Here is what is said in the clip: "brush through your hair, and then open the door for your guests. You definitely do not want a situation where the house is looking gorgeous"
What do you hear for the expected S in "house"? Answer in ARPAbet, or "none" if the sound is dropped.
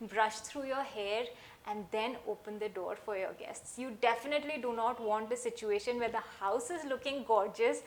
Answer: S